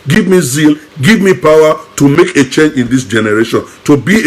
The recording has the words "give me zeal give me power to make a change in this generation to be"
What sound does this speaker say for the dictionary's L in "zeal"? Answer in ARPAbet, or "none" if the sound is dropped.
L